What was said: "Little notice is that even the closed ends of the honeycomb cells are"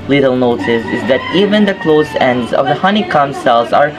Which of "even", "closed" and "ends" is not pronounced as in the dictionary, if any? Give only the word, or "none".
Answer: closed